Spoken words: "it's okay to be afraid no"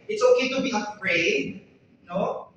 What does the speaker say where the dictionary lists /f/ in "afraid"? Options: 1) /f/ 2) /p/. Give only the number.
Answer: 2